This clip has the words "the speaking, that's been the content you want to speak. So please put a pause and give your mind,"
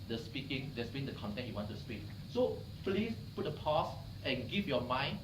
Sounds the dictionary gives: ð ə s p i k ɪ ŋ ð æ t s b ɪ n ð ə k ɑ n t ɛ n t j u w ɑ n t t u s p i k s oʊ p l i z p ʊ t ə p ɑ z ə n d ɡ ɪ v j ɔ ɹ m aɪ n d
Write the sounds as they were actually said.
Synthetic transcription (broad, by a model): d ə s p i k ɪ ŋ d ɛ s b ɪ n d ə k ɑ n t ɛ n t j u w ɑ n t t u s p i k s oʊ p l i s p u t ə p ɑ s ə n ɡ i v j ɔ m aɪ n